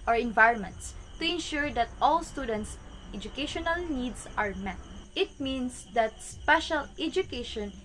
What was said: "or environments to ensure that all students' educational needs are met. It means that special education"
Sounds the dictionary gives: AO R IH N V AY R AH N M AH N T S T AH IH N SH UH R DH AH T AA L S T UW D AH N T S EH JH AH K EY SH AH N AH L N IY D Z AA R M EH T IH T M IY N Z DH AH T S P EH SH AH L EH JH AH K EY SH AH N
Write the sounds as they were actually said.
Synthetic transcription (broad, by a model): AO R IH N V AY R N M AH N T S T AH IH N SH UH R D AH T AA L S T UW D AH N T S EH JH AH K EY SH AH N AH L N IY D S AA R M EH T IH T M IY N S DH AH T S P EH SH AH L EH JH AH K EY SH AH N